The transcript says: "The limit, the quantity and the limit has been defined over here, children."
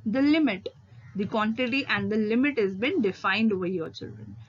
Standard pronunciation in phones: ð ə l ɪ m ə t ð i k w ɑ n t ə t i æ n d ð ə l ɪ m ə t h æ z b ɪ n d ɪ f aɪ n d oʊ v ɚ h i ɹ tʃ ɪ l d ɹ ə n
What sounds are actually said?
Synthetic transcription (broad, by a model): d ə l ɪ m ə t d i k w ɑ n t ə t i æ n d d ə l ɪ m ə t h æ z b ɪ n d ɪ f aɪ n d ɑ ɪ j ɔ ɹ tʃ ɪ l d ɹ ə n